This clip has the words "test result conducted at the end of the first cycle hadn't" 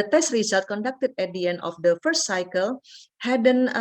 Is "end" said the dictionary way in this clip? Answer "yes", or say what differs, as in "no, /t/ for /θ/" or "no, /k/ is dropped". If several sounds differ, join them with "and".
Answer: no, /d/ is dropped